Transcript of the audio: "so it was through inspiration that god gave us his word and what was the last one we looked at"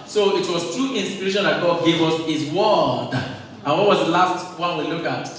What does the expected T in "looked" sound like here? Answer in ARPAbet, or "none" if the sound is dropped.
none